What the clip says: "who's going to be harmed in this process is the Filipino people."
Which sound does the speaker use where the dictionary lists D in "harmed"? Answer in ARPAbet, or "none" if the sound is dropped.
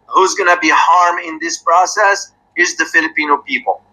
none